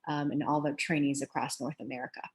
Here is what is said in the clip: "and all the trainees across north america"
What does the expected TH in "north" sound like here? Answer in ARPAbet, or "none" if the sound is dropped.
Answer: TH